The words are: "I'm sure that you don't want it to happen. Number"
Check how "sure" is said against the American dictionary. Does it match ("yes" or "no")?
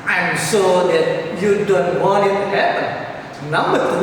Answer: no